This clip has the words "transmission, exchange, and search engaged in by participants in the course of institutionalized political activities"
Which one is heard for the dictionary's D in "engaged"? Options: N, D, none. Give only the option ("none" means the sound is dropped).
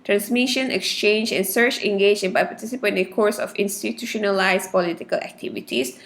none